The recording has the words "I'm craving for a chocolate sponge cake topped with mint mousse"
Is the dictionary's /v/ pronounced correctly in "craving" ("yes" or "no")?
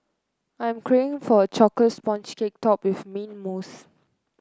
no